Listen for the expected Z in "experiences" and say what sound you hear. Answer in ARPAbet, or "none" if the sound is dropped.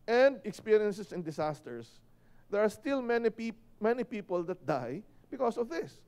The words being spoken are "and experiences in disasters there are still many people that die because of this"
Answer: S